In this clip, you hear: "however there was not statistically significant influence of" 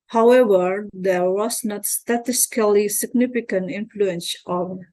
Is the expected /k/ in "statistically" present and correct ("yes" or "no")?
no